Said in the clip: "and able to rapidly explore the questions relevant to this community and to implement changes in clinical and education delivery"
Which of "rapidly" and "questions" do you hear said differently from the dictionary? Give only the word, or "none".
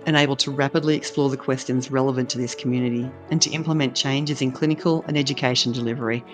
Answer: none